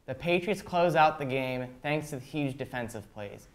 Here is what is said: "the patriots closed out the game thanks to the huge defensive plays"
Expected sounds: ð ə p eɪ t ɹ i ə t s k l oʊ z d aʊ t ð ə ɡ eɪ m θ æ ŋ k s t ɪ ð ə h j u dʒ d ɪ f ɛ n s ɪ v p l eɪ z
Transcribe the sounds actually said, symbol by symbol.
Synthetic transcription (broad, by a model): ð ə p eɪ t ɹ i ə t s k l oʊ z aʊ t ð ə ɡ eɪ m θ æ ŋ k s t ɪ ð ə h j u dʒ d ɪ f ɛ n s ɪ v p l eɪ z